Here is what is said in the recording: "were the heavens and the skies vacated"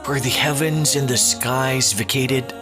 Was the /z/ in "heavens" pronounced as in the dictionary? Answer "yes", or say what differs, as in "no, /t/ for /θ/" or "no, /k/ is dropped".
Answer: yes